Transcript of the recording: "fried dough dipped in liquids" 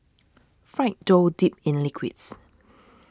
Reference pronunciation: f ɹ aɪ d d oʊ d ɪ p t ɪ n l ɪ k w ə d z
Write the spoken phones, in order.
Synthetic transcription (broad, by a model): f ɹ aɪ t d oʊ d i p ɪ n l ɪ k w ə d s